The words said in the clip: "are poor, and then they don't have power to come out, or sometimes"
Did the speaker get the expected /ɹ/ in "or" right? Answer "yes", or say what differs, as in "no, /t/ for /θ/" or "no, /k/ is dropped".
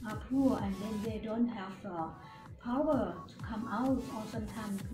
no, /l/ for /ɹ/